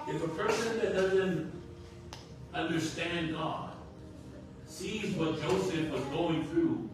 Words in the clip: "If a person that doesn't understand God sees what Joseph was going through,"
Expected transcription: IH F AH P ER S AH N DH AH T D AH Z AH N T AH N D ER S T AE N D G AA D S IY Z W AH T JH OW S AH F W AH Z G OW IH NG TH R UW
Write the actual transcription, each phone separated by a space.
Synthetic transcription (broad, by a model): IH F AH P ER S AH N DH AH T D AH Z AH N T AH N D ER S T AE N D G AA D S IY Z W AH T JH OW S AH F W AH Z G OW IH NG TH R UW